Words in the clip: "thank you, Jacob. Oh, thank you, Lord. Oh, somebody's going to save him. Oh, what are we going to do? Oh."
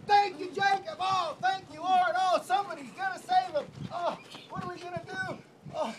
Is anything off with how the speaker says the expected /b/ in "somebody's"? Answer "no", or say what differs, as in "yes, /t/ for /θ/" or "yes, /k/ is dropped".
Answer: no